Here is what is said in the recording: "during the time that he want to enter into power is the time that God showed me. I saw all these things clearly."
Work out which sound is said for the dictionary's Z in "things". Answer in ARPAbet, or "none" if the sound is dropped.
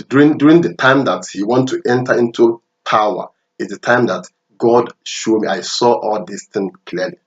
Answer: none